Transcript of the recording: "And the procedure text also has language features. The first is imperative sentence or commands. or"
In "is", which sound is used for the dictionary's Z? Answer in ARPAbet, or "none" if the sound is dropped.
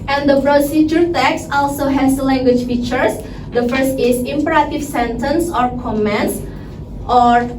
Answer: S